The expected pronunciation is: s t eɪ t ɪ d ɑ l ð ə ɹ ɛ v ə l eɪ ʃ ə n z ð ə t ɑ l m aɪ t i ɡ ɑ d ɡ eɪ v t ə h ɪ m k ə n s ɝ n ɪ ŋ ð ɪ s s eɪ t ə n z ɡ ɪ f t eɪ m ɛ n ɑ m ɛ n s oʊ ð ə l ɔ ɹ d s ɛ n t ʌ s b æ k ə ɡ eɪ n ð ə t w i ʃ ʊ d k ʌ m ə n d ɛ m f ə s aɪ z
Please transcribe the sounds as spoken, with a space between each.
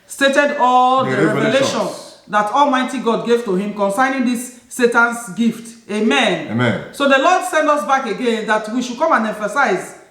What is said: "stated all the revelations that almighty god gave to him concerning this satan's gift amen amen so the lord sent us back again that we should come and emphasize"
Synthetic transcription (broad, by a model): s t eɪ t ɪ d ɑ l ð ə ɹ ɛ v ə l eɪ ʃ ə n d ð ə t ɑ l m aɪ t i ɡ ɑ d ɡ eɪ v t ə h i m k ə n s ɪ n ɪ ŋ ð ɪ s s eɪ t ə n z ɡ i f t eɪ m ɛ n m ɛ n s oʊ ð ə l ɔ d s ɛ n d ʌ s b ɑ k ə ɡ eɪ n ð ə t w i ʃ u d k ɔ m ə n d ɛ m f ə s aɪ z